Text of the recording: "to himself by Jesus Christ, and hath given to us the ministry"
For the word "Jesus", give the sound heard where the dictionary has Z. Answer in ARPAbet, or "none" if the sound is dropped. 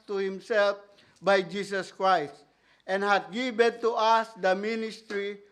S